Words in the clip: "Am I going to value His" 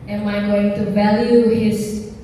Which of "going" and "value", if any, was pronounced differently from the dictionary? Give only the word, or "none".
none